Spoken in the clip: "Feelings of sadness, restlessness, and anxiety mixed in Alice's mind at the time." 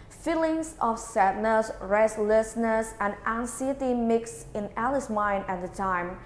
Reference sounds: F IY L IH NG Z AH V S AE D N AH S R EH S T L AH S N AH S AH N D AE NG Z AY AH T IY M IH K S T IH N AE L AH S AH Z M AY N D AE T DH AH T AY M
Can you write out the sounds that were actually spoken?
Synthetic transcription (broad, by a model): F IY L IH NG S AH F S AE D N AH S R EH S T L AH S N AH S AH N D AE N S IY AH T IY M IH K S IH N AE L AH S M AY N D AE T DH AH T AY M